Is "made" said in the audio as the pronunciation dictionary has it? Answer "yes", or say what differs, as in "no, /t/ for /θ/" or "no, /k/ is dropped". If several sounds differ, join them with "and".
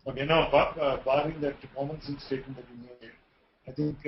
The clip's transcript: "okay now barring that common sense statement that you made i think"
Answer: no, /d/ is dropped